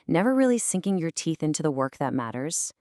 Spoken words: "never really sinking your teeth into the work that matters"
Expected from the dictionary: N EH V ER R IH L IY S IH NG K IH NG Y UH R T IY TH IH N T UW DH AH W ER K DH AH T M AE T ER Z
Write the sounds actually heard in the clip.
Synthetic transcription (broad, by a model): N EH V ER R IH L IY S IH NG K IH NG Y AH R T IY TH IH N T UW DH AH W ER K DH AH T M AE T ER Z